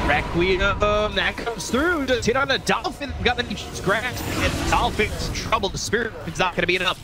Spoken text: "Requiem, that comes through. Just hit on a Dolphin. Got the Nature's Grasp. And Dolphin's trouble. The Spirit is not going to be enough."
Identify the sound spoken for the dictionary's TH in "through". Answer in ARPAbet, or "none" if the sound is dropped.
TH